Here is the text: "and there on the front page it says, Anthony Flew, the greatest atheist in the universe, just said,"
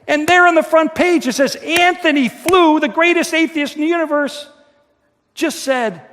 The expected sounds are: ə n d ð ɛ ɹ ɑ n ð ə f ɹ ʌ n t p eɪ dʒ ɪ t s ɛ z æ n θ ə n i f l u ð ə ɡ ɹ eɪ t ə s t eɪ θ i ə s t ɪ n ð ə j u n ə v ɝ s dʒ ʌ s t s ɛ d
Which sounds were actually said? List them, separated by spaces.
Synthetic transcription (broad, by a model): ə n ð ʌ ɹ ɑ n ð ə f ɹ ʌ n p eɪ dʒ ɪ t s ɛ z æ n θ ə n i f l u ð ə ɡ ɹ eɪ t ə s t eɪ θ i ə s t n j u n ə v ɝ s dʒ ʌ s t s ɛ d